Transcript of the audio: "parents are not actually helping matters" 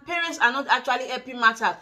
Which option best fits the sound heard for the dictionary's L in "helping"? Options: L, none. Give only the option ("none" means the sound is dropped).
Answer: none